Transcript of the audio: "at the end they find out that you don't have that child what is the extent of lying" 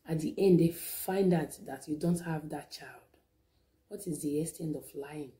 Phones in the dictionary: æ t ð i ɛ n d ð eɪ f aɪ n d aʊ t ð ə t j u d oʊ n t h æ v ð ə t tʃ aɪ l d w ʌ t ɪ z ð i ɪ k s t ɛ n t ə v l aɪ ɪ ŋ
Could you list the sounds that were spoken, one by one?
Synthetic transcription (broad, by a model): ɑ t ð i ɛ n d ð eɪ f aɪ n d aʊ t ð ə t j u d oʊ n t h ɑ v ð ə t tʃ aɪ l d w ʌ t ɪ z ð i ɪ s t ɛ n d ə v l aɪ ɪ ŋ